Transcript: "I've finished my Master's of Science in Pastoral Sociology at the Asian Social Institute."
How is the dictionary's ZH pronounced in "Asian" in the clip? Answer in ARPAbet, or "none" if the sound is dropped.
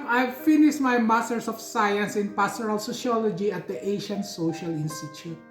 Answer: SH